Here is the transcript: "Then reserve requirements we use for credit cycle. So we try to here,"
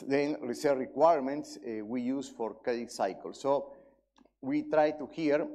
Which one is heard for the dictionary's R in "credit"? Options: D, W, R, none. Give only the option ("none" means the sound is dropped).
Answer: none